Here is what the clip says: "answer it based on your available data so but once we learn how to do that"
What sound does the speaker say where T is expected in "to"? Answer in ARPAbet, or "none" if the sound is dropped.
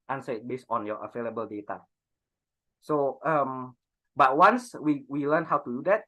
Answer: T